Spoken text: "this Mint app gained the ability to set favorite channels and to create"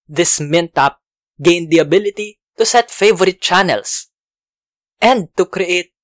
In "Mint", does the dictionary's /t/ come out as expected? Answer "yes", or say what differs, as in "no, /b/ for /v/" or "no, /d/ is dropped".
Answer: yes